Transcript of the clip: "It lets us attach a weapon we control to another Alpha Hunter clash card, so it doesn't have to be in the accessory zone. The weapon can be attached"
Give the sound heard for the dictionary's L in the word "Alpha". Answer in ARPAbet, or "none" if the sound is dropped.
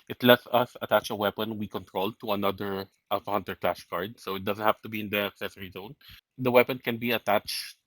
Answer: none